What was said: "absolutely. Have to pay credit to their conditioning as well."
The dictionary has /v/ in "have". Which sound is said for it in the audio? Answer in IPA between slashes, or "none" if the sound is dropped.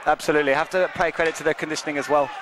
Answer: /f/